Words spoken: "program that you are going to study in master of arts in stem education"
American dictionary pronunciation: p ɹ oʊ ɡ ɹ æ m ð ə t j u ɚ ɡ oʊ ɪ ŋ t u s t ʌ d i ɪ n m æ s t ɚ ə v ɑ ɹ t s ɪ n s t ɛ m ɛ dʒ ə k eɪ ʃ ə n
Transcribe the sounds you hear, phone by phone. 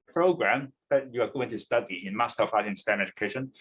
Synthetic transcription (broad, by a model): p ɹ oʊ ɡ ɹ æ m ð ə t j u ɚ ɡ oʊ ɪ ŋ t u s t ʌ d i ɪ n m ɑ s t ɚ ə f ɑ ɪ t ɪ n s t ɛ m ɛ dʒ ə k eɪ ʃ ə n